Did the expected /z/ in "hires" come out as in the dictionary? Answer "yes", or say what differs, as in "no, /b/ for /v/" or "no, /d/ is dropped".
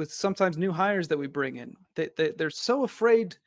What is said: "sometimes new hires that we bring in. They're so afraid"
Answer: yes